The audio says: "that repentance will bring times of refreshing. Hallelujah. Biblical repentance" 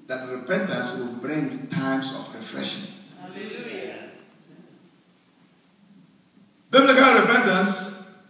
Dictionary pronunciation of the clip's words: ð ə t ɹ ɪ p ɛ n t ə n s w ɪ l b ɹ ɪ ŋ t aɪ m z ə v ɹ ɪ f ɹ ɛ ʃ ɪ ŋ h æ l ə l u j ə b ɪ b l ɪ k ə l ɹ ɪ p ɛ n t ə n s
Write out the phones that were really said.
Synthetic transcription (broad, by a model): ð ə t ɹ ɪ p ɛ n t ə n s w ɪ l b ɹ ɪ ŋ t aɪ m s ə f ɹ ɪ f ɹ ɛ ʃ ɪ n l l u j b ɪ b l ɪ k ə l ɹ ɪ p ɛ n t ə n s